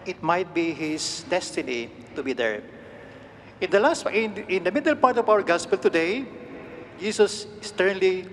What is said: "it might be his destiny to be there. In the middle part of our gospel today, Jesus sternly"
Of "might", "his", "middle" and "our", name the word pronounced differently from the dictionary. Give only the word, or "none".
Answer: his